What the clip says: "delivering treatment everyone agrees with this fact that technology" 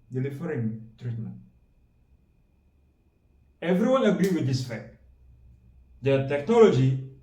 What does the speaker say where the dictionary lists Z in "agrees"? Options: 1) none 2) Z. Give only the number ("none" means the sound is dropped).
1